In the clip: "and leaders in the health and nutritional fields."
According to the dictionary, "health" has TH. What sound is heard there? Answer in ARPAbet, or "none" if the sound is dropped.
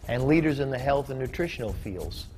TH